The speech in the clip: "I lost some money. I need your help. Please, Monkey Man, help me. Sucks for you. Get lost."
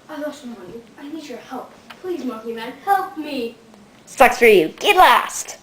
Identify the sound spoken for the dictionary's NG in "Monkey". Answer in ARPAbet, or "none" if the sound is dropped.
none